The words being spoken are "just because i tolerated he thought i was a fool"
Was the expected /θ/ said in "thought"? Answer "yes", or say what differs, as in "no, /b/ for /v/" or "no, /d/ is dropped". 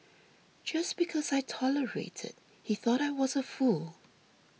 yes